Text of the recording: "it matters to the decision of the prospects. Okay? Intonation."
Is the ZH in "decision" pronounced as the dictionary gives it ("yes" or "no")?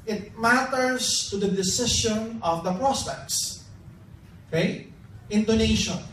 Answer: no